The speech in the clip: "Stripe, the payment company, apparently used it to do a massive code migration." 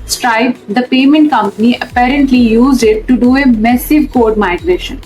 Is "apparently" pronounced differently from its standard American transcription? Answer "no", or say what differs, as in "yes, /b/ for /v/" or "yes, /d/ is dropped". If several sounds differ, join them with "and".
no